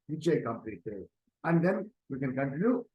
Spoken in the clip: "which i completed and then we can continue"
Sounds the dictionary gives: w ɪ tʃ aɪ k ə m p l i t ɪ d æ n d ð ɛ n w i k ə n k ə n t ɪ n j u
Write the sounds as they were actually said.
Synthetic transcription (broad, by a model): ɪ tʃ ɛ k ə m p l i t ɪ æ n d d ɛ n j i k ə n k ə n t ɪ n j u